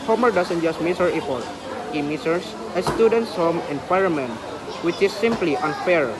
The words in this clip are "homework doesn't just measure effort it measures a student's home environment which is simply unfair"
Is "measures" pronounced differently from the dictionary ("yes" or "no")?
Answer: yes